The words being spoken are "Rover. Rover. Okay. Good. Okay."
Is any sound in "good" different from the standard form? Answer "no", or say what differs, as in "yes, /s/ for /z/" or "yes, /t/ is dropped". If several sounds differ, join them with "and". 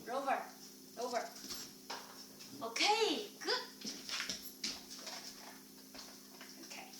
yes, /d/ is dropped